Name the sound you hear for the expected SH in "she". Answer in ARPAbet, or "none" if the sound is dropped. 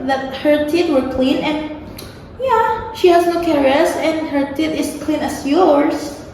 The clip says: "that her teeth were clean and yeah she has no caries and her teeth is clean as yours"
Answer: SH